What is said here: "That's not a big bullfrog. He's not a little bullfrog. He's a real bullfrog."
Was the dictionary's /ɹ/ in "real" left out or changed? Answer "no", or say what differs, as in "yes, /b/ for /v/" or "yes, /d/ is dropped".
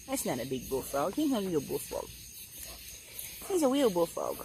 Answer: yes, /w/ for /ɹ/